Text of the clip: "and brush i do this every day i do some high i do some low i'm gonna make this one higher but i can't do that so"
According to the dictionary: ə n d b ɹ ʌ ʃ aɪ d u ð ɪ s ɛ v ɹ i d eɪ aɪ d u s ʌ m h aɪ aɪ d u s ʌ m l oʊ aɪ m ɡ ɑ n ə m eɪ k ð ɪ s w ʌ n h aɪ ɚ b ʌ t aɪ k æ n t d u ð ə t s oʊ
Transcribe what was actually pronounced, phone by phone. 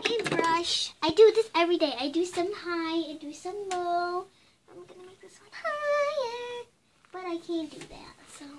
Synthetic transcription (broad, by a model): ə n b ɹ ʌ ʃ aɪ d u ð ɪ s ɛ v ɹ i d eɪ aɪ d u s ʌ m h aɪ aɪ d u s ʌ m l oʊ aɪ m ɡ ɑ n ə m eɪ k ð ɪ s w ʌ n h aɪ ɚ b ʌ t aɪ k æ n d u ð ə t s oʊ